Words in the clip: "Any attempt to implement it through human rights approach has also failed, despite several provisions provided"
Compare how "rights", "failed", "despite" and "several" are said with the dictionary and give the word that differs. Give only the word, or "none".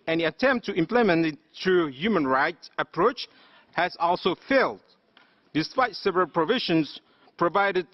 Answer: none